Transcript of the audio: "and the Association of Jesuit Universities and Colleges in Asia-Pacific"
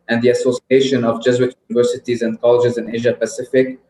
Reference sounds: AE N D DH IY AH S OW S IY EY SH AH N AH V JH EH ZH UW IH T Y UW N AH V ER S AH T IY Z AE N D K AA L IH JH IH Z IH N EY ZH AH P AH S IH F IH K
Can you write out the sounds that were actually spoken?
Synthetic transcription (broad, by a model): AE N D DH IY AH S OW S IY EY SH AH N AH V JH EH Z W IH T Y UW N AH V ER S AH T IY Z AE N D K AA L IH JH IH Z IH N EY ZH AH P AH S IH F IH K